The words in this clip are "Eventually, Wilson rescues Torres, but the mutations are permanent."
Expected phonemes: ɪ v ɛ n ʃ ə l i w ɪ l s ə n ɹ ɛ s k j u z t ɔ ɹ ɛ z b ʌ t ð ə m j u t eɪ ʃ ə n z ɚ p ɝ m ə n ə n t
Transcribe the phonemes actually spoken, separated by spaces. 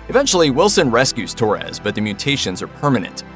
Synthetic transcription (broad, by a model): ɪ v ɛ n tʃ l i w ɪ l s ə n ɹ ɛ s k j u z t ɔ ɹ ɛ z b ʌ t ð ə m j u t eɪ ʃ ə n z ɚ p ɝ m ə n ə n t